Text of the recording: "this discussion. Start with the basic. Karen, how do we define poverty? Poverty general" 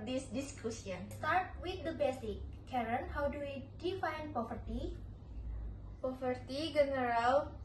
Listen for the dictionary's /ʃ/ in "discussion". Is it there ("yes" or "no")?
no